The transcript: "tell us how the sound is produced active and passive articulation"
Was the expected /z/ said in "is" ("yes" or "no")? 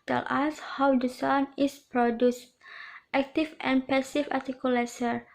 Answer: no